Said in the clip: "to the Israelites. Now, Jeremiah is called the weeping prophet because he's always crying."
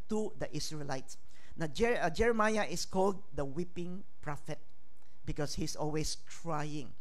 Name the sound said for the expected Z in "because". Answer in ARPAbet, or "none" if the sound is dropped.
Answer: S